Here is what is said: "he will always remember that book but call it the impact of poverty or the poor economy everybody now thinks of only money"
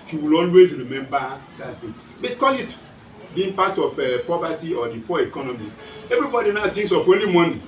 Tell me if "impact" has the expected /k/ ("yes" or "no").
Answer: no